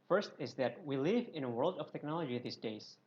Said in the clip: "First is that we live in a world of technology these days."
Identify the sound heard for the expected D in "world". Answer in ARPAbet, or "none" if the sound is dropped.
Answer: D